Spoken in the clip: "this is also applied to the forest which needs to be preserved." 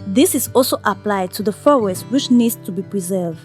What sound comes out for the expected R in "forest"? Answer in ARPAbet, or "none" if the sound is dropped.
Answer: W